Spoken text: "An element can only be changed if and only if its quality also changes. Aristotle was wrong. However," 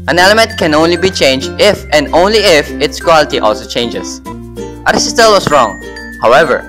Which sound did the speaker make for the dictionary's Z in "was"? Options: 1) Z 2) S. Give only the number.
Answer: 2